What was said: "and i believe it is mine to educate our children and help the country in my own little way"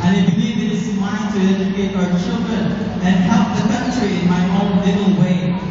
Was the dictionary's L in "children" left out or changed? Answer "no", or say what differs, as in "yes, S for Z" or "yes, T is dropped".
no